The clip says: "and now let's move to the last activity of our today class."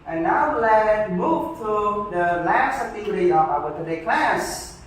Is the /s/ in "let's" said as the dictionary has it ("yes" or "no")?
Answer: no